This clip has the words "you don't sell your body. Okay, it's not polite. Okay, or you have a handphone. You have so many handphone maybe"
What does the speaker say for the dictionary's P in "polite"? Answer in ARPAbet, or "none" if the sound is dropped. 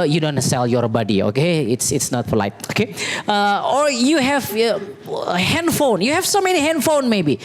F